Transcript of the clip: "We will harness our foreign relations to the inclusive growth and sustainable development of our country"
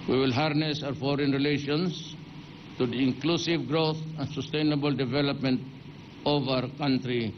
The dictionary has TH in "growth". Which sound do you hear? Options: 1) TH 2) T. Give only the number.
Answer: 2